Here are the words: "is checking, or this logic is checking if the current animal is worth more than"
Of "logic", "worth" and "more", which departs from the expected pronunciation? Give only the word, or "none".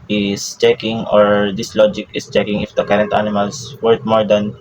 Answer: worth